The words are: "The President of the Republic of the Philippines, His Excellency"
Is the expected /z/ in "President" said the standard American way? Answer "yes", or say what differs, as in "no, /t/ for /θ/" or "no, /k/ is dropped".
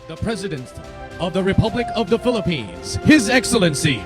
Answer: yes